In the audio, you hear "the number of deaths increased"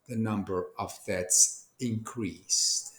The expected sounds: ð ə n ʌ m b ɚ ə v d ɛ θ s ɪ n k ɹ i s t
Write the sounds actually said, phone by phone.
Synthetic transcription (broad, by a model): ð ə n ʌ m b ɚ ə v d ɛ t s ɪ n k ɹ i s t